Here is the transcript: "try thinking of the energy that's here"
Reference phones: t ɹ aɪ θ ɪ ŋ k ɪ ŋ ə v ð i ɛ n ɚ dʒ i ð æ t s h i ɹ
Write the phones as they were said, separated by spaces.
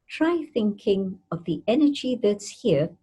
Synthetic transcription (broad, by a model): t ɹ aɪ θ ɪ ŋ k ɪ ŋ ə v ð i ɛ n ɚ dʒ i ð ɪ t s h i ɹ